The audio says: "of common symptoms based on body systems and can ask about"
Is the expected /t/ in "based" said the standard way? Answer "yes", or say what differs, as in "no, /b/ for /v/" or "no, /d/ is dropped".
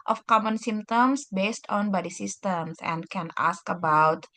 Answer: yes